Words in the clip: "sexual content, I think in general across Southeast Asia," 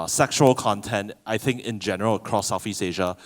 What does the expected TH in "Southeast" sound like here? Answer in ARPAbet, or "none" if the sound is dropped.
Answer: F